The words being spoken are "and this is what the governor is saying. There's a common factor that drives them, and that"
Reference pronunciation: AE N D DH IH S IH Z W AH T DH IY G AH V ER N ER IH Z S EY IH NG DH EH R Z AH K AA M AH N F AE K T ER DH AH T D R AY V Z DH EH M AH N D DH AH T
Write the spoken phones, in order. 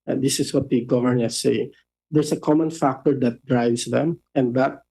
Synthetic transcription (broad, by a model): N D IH S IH S W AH T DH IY G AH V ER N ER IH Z S EY IH NG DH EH R S AH K AA M AH N F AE K T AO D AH T D R AY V S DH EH M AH N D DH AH T